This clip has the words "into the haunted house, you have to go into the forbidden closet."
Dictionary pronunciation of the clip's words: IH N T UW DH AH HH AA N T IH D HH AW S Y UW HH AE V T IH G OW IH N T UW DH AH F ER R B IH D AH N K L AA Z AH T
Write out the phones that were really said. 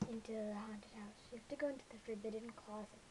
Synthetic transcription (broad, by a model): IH N T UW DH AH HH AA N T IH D HH AW S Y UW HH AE F T IH G OW IH N T UW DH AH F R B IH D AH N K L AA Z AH